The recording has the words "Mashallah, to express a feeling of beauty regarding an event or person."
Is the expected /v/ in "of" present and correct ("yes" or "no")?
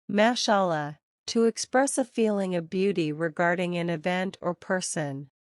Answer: yes